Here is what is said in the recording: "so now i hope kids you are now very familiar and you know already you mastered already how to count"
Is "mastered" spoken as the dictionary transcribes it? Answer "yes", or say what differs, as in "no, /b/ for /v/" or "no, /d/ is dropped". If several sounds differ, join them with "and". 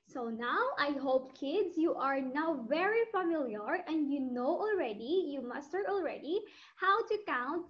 no, /d/ is dropped